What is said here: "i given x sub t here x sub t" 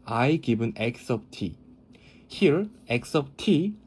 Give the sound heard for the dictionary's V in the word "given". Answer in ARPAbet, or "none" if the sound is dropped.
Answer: B